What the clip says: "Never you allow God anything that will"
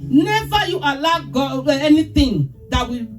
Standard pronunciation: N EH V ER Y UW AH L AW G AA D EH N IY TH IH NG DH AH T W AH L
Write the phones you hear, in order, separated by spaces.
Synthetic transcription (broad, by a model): N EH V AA Y UW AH L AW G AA EH N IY T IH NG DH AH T W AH